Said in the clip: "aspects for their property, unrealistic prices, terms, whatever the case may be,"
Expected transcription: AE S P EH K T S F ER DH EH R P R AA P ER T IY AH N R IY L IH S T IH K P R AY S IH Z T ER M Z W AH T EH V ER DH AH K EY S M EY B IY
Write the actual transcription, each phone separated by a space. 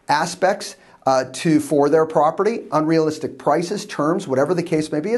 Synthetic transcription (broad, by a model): AE S P EH K T S F ER DH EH R P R AA P ER T IY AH N R IY L IH S T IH K P R AY S IH Z T ER M Z W AH T EH V ER DH AH K EY S M EY B IY